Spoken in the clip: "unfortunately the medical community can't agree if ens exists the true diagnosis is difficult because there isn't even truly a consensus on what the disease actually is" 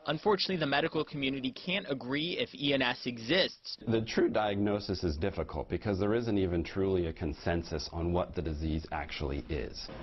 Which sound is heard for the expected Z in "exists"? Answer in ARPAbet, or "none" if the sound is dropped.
Z